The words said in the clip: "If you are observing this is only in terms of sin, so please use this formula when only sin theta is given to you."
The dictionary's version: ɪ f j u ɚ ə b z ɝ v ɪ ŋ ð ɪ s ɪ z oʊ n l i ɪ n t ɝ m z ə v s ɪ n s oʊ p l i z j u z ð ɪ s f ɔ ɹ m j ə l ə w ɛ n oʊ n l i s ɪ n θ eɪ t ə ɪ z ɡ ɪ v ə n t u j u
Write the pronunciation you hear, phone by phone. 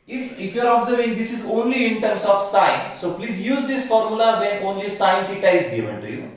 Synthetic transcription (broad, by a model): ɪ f j u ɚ ə b z ɝ v ɪ ŋ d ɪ s ɪ z oʊ n l i ɪ n t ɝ m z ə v s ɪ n s oʊ p l i z j u z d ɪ s f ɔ ɹ m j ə l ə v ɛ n oʊ n l i s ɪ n f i t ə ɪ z ɡ ɪ v ə n t u j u